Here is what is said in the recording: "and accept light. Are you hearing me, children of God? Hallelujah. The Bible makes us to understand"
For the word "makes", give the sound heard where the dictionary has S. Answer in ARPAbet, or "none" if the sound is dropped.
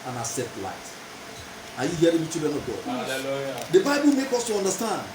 none